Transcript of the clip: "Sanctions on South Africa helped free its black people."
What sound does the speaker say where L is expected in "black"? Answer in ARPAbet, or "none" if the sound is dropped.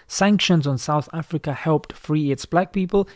L